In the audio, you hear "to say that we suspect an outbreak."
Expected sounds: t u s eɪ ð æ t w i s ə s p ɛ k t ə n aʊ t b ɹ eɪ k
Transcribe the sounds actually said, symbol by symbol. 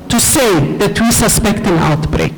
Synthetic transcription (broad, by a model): t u s eɪ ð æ t w i s ə s p ɛ k t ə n aʊ t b ɹ eɪ k